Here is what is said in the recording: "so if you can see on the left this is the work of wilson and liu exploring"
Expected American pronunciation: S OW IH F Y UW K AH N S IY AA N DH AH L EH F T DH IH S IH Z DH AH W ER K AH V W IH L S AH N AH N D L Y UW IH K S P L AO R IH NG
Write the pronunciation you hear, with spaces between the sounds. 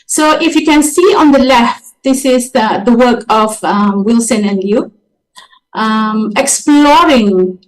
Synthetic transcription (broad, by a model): S OW IH F Y UW K AH N S IY AA N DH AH L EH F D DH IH S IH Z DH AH W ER K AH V W IH L S AH N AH N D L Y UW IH K S P L AO R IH NG